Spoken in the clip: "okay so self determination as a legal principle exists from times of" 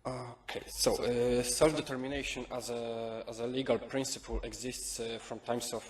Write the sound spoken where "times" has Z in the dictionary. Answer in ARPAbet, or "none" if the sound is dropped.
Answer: S